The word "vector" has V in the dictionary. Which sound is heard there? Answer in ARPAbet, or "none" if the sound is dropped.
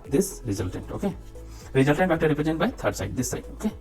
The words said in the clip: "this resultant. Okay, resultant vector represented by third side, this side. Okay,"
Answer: B